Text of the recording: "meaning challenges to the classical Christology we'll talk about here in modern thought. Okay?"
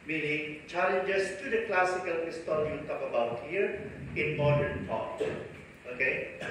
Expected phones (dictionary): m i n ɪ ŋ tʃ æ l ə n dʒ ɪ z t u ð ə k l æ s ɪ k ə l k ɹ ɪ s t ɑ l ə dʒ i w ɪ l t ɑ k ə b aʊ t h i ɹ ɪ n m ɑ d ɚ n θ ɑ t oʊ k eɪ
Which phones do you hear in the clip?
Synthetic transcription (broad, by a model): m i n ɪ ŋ tʃ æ l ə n dʒ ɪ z t u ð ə k l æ s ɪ k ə l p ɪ s t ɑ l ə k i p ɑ ə b aʊ t h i ɹ ɪ n m ɑ d ɚ n t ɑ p oʊ k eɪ